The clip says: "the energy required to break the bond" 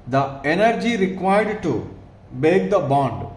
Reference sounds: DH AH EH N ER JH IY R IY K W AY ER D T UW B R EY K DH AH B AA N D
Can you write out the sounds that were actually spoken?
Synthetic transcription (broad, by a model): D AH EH N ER JH IY R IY K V AY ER D T UW B EY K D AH B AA N D